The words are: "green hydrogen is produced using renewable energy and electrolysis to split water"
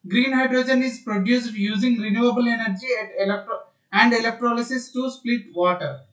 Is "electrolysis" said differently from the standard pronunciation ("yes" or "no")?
no